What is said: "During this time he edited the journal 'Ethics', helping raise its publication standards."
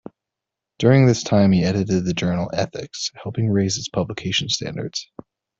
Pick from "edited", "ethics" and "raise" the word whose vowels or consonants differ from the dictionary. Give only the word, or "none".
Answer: none